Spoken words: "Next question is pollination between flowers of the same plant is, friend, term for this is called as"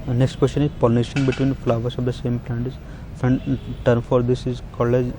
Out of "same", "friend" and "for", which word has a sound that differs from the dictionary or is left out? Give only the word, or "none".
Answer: friend